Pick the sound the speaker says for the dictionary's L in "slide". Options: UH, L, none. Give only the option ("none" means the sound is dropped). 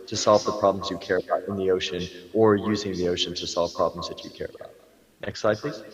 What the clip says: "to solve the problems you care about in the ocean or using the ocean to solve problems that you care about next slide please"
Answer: none